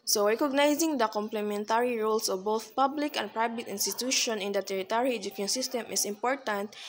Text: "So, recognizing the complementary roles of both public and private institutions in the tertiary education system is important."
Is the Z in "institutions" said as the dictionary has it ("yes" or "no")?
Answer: no